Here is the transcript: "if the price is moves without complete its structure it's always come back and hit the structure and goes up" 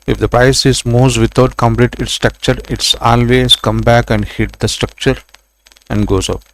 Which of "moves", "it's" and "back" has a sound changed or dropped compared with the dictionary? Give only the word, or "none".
moves